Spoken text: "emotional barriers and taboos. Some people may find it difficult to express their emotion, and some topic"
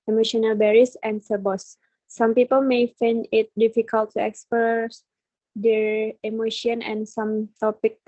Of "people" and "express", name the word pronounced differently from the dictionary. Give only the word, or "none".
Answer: express